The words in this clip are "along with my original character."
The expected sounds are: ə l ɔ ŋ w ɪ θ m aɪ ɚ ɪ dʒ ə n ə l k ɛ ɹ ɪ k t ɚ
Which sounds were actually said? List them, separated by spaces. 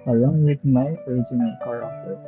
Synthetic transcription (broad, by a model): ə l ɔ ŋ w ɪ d m aɪ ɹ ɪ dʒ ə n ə n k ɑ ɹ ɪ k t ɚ